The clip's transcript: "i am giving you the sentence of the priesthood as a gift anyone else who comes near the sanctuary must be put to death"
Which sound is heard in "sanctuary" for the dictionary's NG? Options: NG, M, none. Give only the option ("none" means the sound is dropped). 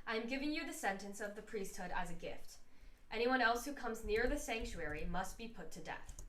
NG